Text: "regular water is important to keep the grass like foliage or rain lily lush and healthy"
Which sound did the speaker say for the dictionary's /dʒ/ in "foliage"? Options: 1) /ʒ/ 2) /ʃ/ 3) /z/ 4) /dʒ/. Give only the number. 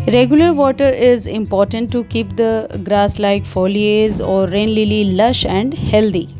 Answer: 3